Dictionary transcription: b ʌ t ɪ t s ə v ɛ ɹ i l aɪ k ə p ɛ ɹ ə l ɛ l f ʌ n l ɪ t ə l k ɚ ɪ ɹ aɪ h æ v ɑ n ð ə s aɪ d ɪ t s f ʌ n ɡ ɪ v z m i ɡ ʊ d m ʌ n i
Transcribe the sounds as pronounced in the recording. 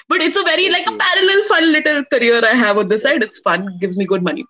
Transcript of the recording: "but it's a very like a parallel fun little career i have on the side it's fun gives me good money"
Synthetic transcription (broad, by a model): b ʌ t ɪ t s ə v ɛ ɹ i l aɪ k ə p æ ɹ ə l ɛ l f ʌ n l ɪ t ə l k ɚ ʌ ɹ aɪ h æ v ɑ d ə s aɪ d ɪ t s f ʌ n ɡ ɪ v z m i ɡ ʊ d m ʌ n i